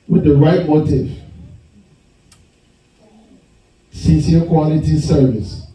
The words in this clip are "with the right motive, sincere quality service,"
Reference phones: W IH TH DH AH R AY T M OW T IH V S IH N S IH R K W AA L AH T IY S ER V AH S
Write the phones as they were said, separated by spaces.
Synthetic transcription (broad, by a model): W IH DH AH R AY T M OW T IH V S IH S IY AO K W AA L AH T IY S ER V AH S